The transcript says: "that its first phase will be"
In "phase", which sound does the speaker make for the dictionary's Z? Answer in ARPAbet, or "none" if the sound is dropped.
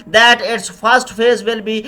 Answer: Z